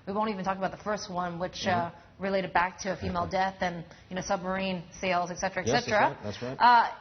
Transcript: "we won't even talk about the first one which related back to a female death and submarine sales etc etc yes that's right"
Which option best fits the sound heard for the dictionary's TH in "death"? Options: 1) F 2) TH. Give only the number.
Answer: 2